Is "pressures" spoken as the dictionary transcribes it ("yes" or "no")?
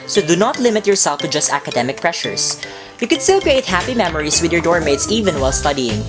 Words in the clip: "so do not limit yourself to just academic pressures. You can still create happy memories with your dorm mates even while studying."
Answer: no